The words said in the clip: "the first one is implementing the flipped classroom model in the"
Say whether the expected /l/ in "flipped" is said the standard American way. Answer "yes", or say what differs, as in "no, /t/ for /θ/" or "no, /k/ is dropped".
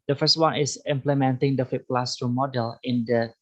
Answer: no, /l/ is dropped